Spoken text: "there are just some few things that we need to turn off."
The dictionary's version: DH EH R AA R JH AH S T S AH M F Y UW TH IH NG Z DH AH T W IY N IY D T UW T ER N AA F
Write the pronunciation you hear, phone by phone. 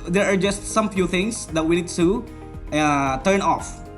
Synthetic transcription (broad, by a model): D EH R AA R JH AH S T S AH M F Y UW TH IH NG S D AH T W IY N IY D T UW T ER N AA F